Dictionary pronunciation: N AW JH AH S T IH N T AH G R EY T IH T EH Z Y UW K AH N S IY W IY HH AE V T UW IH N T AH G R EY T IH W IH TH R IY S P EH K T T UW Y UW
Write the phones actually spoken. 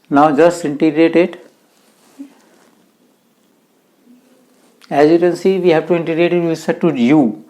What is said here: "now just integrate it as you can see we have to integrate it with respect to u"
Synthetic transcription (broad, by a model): N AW JH AH S T IH N T AH G R EY T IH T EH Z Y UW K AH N S IY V IY HH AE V T UW IH N T AH G R EY T IH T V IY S EH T T UW Y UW